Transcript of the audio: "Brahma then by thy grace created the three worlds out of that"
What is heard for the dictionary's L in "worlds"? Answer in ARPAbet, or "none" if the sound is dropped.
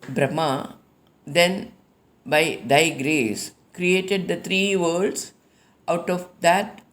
none